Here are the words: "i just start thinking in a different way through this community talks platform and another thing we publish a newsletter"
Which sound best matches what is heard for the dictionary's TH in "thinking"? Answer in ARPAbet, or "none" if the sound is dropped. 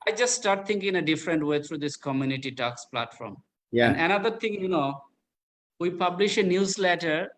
T